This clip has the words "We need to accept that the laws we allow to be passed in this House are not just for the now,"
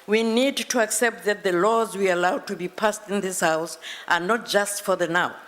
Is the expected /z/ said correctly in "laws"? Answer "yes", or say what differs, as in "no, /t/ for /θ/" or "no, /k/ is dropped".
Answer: yes